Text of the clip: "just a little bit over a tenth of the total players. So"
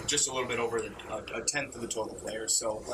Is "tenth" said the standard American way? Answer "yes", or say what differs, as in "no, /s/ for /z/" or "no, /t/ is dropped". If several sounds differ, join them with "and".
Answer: yes